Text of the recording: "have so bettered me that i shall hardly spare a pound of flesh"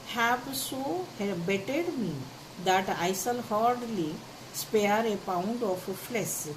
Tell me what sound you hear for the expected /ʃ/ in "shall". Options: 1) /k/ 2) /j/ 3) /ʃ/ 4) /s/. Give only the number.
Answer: 4